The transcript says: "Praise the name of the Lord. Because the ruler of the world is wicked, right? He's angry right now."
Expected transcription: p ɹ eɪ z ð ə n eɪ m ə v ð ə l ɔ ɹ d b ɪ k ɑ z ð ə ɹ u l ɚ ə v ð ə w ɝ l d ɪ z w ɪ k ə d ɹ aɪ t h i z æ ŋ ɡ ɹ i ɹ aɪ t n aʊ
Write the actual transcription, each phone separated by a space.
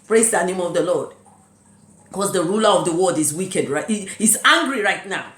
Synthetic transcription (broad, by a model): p ɹ eɪ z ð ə n eɪ m ə v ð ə l ɔ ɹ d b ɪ k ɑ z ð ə ɹ u l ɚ ə v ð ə w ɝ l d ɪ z w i k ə d ɹ aɪ t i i s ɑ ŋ ɡ ɹ i ɹ aɪ t n aʊ